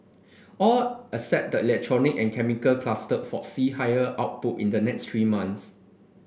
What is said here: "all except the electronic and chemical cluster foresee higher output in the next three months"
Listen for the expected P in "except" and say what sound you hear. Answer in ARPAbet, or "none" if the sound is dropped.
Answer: none